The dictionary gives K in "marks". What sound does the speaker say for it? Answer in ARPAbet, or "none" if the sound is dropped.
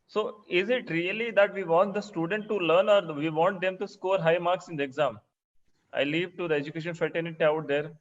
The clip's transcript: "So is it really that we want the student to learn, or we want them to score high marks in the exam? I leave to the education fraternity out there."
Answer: K